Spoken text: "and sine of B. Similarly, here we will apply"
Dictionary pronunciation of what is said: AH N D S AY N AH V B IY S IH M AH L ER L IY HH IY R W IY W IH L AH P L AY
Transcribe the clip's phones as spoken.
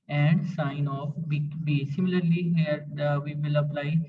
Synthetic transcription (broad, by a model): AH N D S AY N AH B B IY S IH M AH L ER L IY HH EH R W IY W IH L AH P L AY